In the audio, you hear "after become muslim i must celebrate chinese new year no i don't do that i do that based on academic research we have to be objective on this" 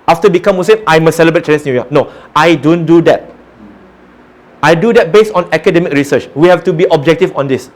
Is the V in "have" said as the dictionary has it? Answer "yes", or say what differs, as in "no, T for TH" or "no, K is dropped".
no, F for V